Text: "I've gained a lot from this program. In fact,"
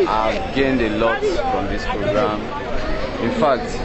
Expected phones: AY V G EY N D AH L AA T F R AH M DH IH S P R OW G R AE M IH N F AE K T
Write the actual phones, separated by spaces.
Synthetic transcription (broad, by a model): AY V G EY N D AH L AA T F R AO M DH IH S P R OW G R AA M IH N F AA K T